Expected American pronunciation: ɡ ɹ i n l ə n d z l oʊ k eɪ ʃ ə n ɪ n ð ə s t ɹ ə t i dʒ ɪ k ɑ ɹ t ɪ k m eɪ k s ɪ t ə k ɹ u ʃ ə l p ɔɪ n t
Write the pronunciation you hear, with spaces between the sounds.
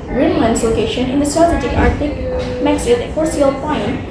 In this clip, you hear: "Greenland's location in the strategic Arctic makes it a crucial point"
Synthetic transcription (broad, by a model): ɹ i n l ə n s l oʊ k eɪ ʃ ə n ɪ n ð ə s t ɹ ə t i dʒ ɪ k ɑ ɹ t ɪ k m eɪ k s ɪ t ə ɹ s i ə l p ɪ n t